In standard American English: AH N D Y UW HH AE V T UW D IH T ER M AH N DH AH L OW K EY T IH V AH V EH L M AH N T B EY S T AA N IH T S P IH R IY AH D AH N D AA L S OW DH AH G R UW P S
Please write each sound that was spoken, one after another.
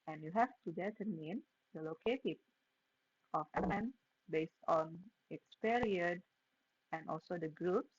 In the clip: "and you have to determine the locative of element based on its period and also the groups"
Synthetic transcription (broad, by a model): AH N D Y UW HH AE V T UW D IH T ER M AH N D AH L OW K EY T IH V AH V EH M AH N B EY S T AA N IH T S P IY R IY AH D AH N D AA L S OW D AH G R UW P S